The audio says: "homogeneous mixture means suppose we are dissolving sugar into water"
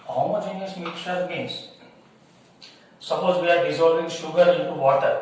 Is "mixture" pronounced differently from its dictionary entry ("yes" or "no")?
yes